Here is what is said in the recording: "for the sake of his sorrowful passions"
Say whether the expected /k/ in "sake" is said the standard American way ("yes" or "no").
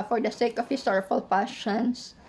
yes